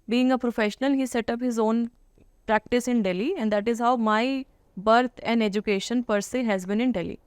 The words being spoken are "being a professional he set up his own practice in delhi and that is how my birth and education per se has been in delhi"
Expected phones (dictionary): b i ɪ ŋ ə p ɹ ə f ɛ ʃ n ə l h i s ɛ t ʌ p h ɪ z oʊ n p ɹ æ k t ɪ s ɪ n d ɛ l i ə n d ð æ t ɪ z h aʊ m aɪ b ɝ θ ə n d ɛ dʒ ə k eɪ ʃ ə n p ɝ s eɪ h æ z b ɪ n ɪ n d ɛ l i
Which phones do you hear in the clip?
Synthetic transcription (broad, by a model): b i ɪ ŋ ə p ɹ ə f ɛ ʃ n ə l h i s ɛ t ʌ p h ɪ z oʊ n p ɹ æ k t ɪ s ɪ n d ɛ l i ə n d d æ t ɪ z h aʊ m aɪ b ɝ t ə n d ɛ dʒ ə k eɪ ʃ ə n p ɝ s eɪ h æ z b ɪ n ɪ n d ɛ l i